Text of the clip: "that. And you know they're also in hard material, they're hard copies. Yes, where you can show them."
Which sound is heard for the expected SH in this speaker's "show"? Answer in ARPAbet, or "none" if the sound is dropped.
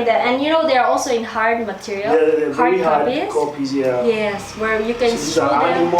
S